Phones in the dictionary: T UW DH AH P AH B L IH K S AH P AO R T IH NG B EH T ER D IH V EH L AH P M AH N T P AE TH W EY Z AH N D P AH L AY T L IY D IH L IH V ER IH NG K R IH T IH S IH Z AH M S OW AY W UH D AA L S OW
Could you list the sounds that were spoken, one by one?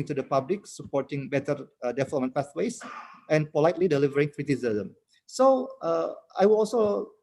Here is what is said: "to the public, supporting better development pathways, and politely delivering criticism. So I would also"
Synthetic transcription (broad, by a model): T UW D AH P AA B L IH K S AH P AO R T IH NG B EH T ER D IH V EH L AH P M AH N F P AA S W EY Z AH N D P AH L AY T L IY D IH L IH V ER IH NG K R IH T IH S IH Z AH M S OW AY W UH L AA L S OW